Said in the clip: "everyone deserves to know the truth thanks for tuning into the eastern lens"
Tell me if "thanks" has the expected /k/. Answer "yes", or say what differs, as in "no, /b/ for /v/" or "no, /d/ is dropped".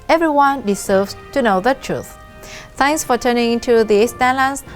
no, /k/ is dropped